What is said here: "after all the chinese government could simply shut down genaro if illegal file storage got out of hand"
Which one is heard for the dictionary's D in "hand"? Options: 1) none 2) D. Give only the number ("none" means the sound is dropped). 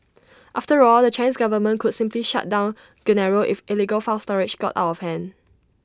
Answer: 1